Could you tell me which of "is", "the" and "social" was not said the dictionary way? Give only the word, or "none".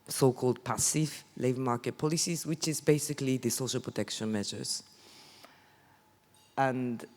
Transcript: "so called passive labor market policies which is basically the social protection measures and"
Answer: none